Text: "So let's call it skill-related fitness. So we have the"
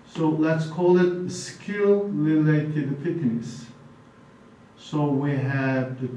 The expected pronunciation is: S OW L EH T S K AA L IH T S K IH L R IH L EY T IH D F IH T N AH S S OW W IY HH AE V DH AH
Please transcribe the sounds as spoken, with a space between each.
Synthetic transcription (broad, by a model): S OW L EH T S K AA L IH T S K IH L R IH L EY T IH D P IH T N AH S S OW W IY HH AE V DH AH